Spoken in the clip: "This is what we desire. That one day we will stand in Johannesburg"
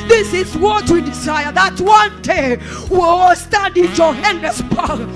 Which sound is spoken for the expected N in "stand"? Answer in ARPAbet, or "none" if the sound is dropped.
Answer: none